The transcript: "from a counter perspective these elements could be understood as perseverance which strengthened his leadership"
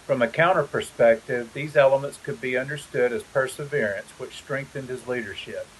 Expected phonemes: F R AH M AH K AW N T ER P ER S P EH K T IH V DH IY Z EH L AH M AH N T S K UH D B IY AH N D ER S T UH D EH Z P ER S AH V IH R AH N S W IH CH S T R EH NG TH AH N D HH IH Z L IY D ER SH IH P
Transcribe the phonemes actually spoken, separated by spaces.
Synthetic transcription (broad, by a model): F R AH M AH K AW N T ER P ER S P EH K T IH V DH IY Z EH L AH M AH N T S K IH D B IY AH N D ER S T UH D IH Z P ER S AH V IH R AH N S W IH CH S T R EH NG TH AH N D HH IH Z L IY D ER SH IH P